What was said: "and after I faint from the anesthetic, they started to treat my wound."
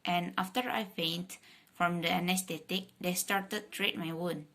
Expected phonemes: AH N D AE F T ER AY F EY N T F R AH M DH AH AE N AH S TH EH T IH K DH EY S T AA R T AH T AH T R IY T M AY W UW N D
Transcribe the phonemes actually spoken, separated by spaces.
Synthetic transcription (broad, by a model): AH N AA F T ER AY P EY N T F R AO M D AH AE N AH S T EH T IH K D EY S T AA R T AH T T R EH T M AY W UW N